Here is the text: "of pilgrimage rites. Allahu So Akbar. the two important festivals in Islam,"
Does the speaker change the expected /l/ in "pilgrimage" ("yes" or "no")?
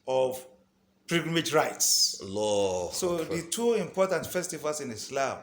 yes